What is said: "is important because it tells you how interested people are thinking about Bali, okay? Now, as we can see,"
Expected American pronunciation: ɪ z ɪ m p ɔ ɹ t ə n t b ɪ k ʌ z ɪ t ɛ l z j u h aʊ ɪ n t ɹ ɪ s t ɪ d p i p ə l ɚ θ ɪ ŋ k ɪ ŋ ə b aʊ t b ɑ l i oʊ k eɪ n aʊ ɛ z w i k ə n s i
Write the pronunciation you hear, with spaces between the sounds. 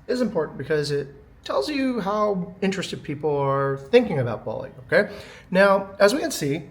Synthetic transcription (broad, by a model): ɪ z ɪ m p ɔ ɹ t n b ɪ k ʌ z ɪ t ɛ l z j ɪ h aʊ ɪ n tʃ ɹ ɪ s t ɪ d p i p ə ɚ θ ɪ ŋ k ɪ ŋ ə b aʊ t b ɑ l i oʊ k eɪ n aʊ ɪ z w i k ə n s i